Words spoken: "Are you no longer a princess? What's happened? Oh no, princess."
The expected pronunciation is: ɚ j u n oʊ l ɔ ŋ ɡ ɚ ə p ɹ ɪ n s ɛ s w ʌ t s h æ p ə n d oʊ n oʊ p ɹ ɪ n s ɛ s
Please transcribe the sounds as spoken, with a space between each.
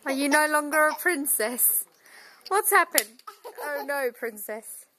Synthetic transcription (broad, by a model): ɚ j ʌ n oʊ l ɔ ŋ ɡ ɚ ə p ɹ ɪ n s ɛ s w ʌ t s h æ p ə n oʊ n oʊ p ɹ ɪ n s ɛ s